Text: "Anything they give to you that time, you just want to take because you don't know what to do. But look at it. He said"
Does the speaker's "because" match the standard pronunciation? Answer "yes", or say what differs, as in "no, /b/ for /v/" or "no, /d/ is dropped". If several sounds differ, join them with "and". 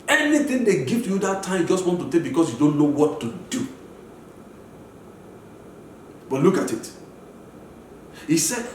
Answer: no, /s/ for /z/